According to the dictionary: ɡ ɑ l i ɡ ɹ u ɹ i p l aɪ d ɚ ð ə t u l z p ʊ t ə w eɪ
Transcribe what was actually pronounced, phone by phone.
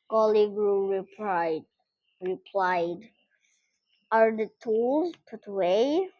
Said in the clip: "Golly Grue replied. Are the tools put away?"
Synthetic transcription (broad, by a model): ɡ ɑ l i ɡ ɹ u ɹ i p l aɪ d ɚ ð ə t u l z p ʊ t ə w eɪ